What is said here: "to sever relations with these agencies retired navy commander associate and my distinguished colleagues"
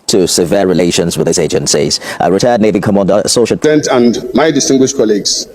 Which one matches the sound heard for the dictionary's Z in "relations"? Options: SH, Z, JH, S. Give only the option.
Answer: Z